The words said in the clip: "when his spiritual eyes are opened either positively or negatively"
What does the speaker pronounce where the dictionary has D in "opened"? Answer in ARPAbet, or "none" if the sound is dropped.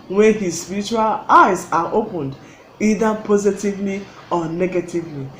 D